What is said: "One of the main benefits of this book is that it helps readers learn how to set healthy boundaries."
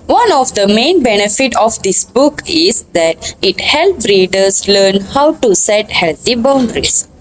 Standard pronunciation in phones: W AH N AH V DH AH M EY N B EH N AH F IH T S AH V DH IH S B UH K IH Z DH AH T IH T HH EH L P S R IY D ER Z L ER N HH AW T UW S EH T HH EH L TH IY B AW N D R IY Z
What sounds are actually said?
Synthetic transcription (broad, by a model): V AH N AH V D AH M EY N B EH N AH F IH T AH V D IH S B UH K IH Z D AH T IH T HH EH L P R IY D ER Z L ER N HH AW T UW S EH T HH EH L T IY B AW N D R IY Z